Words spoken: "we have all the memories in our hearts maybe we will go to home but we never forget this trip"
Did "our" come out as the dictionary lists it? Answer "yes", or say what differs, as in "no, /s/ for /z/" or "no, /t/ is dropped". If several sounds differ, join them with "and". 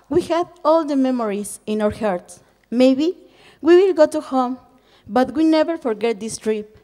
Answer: yes